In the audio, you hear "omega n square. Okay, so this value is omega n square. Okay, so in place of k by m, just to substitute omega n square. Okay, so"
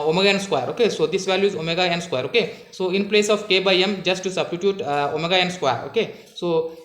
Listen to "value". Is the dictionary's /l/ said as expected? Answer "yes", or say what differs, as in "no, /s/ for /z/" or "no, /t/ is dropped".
yes